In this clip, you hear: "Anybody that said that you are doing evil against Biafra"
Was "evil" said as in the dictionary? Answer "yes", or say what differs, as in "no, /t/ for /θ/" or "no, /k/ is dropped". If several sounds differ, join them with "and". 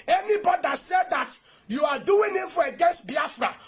no, /f/ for /v/